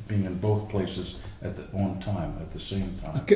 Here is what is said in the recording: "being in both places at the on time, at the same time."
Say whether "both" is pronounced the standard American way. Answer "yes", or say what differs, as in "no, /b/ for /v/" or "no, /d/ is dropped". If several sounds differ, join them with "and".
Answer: yes